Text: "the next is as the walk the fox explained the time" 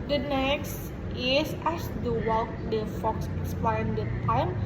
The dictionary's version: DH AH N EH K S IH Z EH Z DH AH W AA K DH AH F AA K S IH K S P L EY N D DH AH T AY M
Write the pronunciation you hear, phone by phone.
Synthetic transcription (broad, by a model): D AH N EH K S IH S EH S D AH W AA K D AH F AA K S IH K S P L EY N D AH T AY M